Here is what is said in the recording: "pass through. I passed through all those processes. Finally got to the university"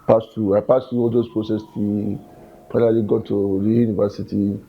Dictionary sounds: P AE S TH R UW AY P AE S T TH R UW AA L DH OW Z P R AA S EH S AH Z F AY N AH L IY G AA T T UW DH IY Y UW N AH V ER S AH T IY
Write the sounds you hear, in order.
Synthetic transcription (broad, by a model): P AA S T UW AY P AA S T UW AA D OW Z P R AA S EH S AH F AY N AH L IY G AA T T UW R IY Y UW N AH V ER S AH T IY